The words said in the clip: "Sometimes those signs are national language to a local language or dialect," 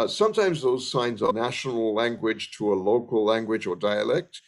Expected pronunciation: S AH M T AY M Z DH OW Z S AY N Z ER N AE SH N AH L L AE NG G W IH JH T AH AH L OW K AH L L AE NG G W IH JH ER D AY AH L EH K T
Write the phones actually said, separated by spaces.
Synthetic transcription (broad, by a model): S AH M T AY M Z DH OW Z S AY N Z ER N AE SH N AH L L AE NG G W IH JH T AH AH L OW K AH L L AE NG G W IH JH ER D AY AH L EH K T